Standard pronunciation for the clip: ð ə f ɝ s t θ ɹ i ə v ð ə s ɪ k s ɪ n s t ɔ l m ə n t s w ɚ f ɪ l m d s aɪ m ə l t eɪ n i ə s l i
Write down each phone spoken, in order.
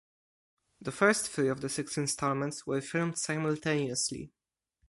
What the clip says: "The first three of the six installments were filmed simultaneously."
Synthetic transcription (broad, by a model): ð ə f ɝ s t f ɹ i ə v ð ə s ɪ k s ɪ n s t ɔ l m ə n t s w ɚ f ɪ l m d s aɪ m ə l t eɪ n i ə s l i